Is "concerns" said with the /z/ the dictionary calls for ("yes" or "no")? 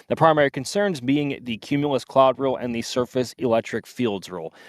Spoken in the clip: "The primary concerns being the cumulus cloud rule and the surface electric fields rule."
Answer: yes